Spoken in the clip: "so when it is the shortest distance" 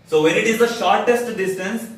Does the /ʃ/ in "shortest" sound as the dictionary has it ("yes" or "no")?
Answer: yes